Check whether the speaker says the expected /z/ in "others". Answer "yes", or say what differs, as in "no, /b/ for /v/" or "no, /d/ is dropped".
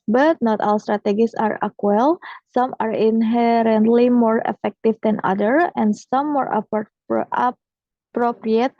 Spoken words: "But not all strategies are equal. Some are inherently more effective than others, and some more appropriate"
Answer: no, /z/ is dropped